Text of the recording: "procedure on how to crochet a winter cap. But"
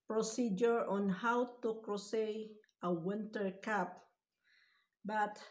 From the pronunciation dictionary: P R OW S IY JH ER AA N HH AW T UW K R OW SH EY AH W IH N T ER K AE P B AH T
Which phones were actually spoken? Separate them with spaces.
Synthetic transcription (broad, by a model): P R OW S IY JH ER AA N HH AW T UW K R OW S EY AH W IH N T ER K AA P B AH T